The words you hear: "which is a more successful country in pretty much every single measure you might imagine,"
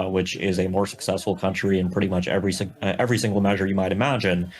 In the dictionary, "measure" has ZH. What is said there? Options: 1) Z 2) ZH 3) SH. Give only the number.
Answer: 2